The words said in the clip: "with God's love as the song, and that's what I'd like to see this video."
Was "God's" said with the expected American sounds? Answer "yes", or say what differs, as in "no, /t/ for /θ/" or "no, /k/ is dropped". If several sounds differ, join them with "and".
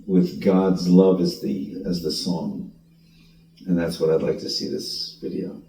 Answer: yes